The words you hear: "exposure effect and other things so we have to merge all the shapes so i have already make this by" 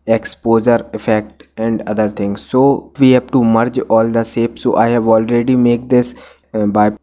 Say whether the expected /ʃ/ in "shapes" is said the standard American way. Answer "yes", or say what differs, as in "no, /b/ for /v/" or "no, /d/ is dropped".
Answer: no, /s/ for /ʃ/